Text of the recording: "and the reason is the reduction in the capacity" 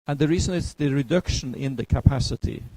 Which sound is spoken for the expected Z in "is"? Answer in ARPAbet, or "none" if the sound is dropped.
S